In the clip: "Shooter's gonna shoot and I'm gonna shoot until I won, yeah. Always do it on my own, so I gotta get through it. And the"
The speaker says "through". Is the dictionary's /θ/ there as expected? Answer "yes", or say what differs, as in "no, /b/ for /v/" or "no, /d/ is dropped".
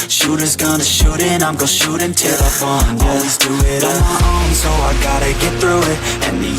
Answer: yes